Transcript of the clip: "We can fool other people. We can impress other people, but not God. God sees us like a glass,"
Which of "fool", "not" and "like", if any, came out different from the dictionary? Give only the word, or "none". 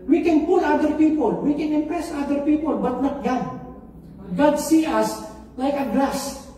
fool